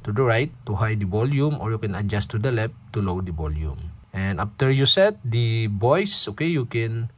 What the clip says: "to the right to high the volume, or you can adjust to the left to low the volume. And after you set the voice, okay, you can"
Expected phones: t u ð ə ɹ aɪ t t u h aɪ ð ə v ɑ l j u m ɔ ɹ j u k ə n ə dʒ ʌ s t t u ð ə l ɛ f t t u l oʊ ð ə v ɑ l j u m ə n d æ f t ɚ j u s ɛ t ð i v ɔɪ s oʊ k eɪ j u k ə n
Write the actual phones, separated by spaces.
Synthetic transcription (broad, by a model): t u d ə ɹ aɪ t t u h aɪ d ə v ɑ l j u m ɔ ɹ j u k ə n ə dʒ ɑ s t t u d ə l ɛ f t t u l oʊ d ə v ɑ l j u m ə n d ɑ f t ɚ j u s ɛ t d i b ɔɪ s oʊ k eɪ j u k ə n